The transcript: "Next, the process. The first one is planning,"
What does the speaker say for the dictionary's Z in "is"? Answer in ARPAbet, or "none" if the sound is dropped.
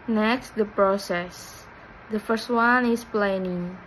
S